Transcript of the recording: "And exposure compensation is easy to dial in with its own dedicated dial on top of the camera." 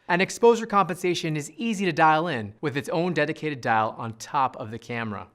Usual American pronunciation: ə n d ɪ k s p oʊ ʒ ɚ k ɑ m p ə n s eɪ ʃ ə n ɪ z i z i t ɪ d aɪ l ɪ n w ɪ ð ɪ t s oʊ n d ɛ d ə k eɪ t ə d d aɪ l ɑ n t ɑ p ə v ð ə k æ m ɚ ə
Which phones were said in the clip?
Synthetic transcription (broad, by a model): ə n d ɪ k s p oʊ ʒ ɚ k ɑ m p ə n s eɪ ʃ ə n ɪ z i z i t ɪ d aɪ l ɪ n w ɪ ð ɪ t s oʊ n d ɛ d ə k eɪ t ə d d aɪ l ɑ n t ɑ p ə v ð ə k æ m ɚ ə